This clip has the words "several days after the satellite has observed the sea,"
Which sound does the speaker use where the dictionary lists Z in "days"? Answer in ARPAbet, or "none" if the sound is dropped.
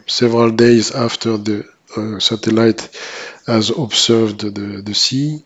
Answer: Z